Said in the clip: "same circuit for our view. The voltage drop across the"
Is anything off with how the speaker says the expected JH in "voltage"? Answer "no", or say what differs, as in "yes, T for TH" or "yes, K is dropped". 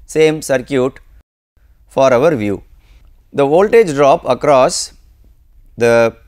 no